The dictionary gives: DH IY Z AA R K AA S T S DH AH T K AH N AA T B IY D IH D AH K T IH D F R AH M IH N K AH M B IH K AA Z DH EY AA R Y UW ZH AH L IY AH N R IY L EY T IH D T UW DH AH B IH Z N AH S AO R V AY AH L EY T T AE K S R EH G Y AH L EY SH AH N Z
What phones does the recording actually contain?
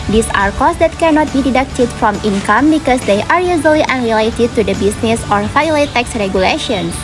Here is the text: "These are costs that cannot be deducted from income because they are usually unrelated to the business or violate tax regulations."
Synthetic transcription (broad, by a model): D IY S AA R K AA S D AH T K AH N AA T B IY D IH D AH K T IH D F R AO M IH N K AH M B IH K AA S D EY AA R Y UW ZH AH L IY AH N R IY L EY T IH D T UW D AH B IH S N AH S AO R F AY L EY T T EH K S R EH G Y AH L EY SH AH N